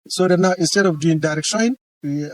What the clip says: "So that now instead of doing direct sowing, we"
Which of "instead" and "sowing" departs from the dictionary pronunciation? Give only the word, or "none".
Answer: sowing